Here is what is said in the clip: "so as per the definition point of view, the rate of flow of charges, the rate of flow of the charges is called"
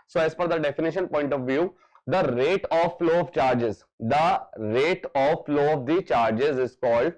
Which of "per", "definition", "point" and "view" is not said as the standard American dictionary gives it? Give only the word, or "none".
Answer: per